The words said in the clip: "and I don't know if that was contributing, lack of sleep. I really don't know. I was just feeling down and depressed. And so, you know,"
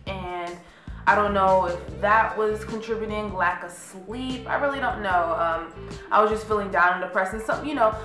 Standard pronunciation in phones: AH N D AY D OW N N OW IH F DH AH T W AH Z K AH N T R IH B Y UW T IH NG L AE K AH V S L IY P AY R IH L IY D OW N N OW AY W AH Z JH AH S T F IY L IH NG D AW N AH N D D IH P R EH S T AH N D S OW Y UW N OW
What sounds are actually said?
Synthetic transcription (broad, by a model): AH N AY D OW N N OW IH F DH AH T W AH Z K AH N T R IH B Y T IH NG L AE K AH S L IY P AY R IH L IY D OW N N OW AY W AH Z JH AH S T F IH L IH NG D AW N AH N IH P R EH S AH N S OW Y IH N OW